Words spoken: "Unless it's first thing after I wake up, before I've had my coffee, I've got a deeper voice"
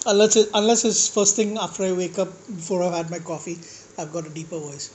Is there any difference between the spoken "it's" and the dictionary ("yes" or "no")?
yes